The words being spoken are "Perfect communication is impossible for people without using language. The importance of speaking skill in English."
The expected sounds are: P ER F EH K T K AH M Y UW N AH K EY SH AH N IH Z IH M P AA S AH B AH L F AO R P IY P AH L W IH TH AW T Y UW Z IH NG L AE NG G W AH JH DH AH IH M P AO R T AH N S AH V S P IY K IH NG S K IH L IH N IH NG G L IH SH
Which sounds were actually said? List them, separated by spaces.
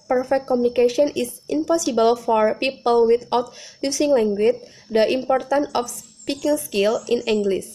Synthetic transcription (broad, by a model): P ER F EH K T K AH M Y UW N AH K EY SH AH N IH S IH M P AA S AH B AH L F AO R P IY P AH L W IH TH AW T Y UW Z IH NG L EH NG G W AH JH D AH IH M P AO R T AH N AH F S P IY K IH NG S K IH L IH N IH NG G L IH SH